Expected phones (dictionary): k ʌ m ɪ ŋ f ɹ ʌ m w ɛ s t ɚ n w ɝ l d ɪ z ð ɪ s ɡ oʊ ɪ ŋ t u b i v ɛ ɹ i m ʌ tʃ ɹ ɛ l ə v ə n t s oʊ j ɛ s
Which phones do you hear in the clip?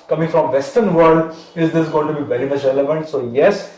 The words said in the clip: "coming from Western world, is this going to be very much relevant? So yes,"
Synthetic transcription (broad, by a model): k ʌ m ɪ ŋ f ɹ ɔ m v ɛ s t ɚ n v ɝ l d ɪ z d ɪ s ɡ oʊ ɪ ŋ t u b i v ɛ ɹ i m ʌ tʃ ɹ ɛ l ə v ə n t s oʊ j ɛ s